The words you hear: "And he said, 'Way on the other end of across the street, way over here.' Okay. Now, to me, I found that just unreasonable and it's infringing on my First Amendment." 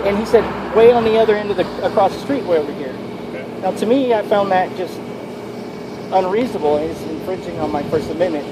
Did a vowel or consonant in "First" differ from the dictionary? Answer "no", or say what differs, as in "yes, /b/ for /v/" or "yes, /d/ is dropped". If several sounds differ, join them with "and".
yes, /t/ is dropped